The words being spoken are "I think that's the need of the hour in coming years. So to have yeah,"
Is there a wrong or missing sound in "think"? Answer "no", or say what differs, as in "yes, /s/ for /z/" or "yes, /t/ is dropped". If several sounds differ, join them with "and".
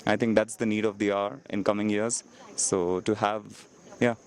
yes, /t/ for /θ/